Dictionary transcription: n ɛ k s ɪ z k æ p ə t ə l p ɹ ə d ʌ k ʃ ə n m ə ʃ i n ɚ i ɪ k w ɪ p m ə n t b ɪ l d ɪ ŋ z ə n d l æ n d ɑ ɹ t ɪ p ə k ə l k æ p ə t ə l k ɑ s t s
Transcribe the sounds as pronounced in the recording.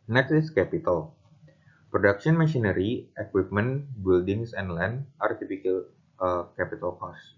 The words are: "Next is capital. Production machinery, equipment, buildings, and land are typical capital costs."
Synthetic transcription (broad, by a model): n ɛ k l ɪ s k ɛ p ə t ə l p ɹ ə d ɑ k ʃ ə n m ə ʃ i n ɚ i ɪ k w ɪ p m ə n b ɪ l d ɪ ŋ s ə n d l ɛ n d ɑ ɹ t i f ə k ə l k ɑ p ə t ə l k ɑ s s